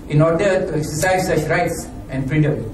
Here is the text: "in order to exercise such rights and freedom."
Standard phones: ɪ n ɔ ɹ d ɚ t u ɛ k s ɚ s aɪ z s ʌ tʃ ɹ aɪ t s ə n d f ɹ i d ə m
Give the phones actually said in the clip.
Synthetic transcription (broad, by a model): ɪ n ɔ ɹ d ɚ t u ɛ k s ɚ s aɪ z s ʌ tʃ ɹ aɪ t s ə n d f ɹ i d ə m